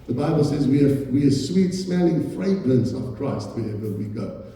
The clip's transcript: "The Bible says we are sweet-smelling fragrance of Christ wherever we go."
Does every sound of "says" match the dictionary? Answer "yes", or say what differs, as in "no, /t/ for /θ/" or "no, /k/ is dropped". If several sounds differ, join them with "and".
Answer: yes